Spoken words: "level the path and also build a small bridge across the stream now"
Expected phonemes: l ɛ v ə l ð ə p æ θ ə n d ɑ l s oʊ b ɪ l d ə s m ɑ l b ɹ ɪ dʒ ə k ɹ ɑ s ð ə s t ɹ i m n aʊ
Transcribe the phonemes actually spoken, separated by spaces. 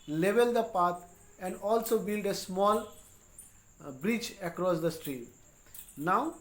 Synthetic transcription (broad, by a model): l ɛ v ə l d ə p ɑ t ə n d ɑ l s oʊ b ɪ l d ə s m ɑ l b ɹ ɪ tʃ ə k ɹ ɑ s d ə s t ɹ i m n aʊ